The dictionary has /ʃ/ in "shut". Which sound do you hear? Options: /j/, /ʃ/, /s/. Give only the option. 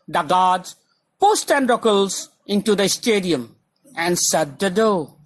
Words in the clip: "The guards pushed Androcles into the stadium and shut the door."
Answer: /s/